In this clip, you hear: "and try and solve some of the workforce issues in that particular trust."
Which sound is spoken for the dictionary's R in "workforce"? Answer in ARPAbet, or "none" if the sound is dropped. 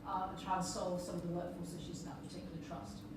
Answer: L